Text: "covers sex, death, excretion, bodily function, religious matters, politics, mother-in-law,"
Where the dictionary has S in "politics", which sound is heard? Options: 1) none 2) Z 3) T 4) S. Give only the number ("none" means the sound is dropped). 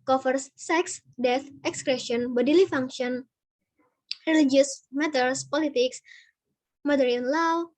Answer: 4